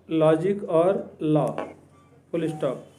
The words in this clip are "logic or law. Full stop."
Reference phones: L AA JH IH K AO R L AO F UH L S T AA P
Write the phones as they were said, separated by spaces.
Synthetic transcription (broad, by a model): L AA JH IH K AO R L AO P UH L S T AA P